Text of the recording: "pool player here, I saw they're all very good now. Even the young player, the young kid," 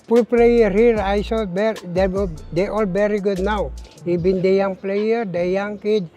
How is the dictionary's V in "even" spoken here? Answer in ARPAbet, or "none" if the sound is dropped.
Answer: B